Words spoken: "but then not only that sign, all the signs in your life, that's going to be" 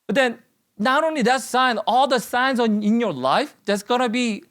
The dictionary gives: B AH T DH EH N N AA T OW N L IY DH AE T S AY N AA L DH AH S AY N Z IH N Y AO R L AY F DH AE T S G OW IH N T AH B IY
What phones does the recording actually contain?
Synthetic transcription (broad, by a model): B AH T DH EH N N AA T OW N L IY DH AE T S AY N AA L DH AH S AY N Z IH N Y AO R L AY F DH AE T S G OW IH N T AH B IY